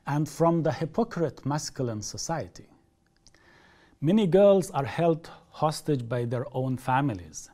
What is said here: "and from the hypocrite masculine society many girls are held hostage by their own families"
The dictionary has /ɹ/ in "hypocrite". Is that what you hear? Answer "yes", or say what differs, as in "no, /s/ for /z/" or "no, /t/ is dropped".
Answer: yes